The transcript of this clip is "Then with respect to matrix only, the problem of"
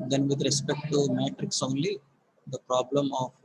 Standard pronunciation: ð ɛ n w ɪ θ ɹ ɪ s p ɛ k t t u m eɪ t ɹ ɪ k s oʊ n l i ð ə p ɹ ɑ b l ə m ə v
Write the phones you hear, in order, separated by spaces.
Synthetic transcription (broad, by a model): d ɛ n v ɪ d ɹ ɪ s p ɛ k t t u m eɪ t ɹ ɪ k s oʊ n l i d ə p ɹ ɑ b l ə m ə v